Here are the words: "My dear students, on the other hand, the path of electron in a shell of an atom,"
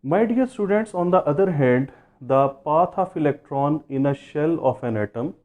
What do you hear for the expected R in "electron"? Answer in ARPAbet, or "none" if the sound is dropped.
R